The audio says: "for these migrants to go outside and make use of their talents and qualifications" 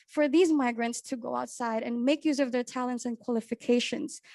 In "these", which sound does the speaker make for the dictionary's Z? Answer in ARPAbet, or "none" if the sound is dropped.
Z